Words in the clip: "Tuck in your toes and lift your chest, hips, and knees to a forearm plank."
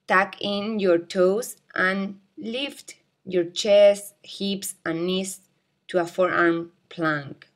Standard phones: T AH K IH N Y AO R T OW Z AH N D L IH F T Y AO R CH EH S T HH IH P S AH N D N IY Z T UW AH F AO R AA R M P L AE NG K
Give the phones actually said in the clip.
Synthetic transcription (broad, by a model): T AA K IH N Y AO R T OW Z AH N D L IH F T Y AO R CH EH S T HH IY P S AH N N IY S T UW AH F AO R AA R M P L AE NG K